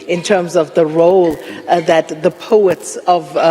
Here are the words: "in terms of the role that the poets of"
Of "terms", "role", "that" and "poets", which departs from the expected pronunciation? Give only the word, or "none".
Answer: none